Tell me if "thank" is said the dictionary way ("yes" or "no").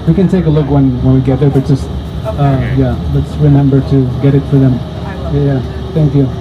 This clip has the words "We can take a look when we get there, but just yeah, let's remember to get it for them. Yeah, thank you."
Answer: yes